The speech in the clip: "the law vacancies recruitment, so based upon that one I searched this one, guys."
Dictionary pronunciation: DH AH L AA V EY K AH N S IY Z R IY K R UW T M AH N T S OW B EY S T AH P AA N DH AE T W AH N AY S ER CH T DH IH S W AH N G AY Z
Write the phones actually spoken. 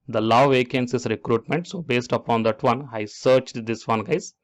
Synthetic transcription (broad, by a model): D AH L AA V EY K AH N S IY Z R IY K R UW T M AH N T S OW B EY S T AH P AA N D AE T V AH N AY S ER CH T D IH S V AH N G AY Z